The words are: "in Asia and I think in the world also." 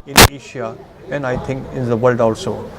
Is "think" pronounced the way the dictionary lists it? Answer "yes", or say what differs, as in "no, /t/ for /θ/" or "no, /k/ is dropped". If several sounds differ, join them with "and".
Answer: no, /t/ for /θ/